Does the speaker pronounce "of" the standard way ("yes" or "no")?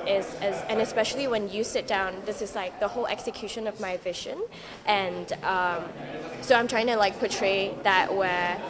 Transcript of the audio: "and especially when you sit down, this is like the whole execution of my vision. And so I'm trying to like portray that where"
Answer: yes